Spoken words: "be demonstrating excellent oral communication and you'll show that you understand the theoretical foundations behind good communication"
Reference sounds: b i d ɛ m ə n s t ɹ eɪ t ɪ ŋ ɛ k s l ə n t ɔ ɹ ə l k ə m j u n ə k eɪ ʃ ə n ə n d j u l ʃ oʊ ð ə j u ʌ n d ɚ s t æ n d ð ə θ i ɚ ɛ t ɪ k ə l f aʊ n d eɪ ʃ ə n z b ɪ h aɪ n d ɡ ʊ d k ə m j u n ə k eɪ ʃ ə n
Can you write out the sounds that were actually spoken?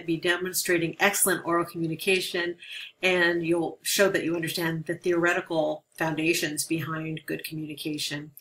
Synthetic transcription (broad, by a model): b i d ɛ m ə n s t ɹ eɪ t ɪ ŋ ɛ k s l ə n t ɔ ɹ l k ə m j u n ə k eɪ ʃ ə n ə n j u l ʃ oʊ ð ə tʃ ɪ ʌ n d ɚ s t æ n ð ə θ i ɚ ɛ t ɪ k l f aʊ n d eɪ ʃ ə n z b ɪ h aɪ n ɡ ʊ d k m j u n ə k eɪ ʃ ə n